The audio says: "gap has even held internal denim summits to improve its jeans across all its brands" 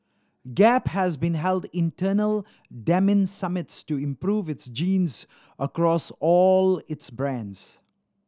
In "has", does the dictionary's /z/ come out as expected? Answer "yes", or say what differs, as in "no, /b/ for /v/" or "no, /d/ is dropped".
yes